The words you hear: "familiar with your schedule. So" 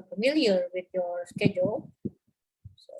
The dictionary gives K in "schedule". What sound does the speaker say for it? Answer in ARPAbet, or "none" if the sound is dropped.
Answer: K